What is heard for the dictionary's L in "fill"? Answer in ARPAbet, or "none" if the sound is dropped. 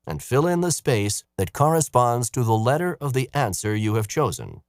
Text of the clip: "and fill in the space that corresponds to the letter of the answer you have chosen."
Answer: L